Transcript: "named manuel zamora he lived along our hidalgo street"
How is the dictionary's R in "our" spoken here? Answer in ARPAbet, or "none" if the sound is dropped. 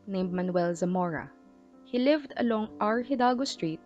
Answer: R